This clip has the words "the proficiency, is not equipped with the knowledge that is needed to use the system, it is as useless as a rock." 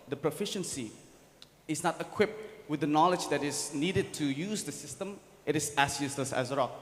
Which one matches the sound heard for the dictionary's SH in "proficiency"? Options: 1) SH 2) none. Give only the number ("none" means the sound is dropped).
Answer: 1